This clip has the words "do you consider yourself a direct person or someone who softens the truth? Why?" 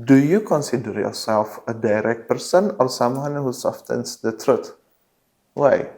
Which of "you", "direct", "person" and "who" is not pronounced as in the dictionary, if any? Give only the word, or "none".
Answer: none